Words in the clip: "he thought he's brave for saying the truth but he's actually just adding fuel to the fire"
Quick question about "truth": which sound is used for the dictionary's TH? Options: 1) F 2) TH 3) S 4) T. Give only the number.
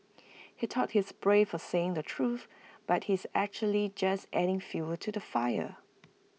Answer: 2